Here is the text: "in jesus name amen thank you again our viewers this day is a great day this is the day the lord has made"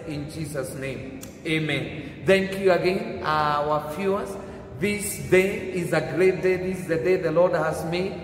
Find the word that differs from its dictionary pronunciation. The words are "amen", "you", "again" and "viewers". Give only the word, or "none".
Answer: viewers